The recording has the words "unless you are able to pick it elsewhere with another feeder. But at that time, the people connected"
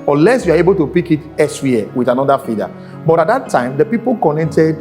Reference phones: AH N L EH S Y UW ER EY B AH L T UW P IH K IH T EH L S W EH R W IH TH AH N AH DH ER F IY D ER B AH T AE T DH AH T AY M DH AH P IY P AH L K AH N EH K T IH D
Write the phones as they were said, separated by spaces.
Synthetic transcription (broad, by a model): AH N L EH S Y UW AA EY B AH L T UW P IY K IH T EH S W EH W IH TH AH N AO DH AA F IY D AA B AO T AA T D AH T AY M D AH P IY P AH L K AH N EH K T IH D